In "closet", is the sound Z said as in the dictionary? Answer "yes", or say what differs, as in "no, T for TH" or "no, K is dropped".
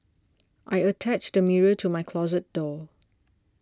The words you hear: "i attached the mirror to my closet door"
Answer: yes